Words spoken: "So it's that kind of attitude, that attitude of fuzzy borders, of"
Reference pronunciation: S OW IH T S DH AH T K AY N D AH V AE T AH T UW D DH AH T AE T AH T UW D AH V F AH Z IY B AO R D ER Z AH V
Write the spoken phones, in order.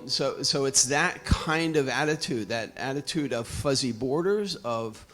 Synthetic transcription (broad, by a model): S OW IH T S DH AH T K AY N D AH V AE T AH T UW D DH AH T AE T AH T UW D AH V F AH Z IY B AO R D ER Z AH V